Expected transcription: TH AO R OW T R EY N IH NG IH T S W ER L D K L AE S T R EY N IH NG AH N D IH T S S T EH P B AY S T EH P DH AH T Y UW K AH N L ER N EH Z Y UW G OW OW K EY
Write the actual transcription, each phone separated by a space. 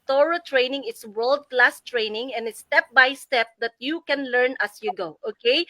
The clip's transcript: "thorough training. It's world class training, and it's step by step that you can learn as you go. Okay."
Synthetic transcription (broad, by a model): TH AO R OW T R EY N IH NG IH T S W ER L D K L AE S T R EY N IH NG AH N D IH T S S T EH P B AY S T EH P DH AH T Y UW K AH N L ER N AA S Y UW G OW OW K EY